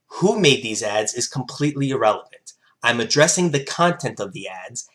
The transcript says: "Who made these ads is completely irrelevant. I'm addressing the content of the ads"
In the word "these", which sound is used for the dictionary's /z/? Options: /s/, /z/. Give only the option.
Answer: /z/